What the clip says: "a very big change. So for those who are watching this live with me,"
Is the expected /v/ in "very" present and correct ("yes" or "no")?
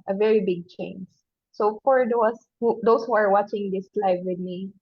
yes